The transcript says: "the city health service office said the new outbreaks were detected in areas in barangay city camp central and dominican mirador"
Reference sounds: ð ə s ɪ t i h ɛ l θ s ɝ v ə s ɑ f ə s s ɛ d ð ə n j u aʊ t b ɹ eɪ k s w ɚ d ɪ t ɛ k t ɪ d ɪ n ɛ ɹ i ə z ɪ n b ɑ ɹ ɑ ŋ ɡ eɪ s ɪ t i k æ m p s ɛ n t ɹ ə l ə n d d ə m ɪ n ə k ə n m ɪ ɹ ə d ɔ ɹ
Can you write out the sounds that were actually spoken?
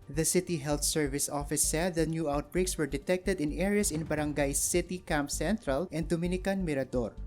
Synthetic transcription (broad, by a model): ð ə s ɪ t i h ɛ l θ s ɝ v ə s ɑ f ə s s ɛ d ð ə n j u aʊ t b ɹ eɪ k s w ɚ d ɪ t ɛ k t ɪ d ɪ n ɛ ɹ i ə s ɪ n b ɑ ɹ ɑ ŋ ɡ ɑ s ɪ t i k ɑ m p s ɛ n t ɹ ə l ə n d d ə m ɪ n ə k ə n m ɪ ɹ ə d ɔ ɹ